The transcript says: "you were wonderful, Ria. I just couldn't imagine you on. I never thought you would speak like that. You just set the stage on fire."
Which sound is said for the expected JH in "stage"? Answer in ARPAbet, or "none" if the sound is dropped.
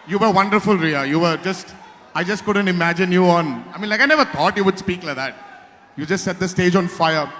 JH